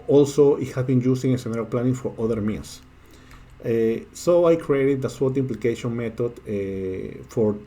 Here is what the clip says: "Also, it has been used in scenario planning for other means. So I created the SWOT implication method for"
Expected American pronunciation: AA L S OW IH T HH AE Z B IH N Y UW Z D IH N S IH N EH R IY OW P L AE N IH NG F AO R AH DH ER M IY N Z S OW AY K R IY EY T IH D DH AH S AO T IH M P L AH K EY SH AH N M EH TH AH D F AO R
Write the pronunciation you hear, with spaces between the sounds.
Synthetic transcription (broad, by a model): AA L S OW IH T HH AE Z B IH N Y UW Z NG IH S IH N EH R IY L P L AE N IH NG F AO R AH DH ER M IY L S S OW AY K R IY EY T IH D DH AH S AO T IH M P L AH K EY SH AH N M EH T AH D F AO R